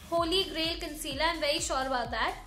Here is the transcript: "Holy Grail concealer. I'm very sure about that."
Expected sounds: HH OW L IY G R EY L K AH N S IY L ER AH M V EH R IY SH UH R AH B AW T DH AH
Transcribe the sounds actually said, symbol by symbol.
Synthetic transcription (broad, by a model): HH OW L IY G R EY L K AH N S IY L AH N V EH IY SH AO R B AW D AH